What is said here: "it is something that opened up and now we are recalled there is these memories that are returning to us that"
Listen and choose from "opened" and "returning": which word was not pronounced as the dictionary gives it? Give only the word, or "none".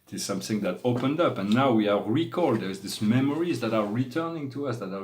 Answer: none